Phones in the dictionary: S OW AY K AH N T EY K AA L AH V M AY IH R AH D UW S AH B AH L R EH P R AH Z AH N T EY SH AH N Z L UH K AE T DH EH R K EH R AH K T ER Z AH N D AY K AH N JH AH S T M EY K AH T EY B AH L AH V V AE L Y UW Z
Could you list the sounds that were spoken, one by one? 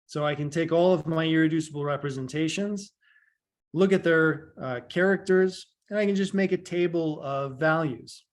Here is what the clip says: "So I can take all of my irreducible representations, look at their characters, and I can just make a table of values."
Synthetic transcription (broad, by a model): S OW AY K AH N T EY K AA L AH V M AY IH R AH D UW S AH B L R EH P R AH Z AH N T EY SH AH N Z L UH K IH T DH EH R K EH R AH K T ER Z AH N AY K AH N JH AH S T M EY K AH T EY B L AH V V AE L Y UW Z